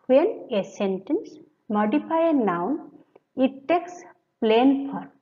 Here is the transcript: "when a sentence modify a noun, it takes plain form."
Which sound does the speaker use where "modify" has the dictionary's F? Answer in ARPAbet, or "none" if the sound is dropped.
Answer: P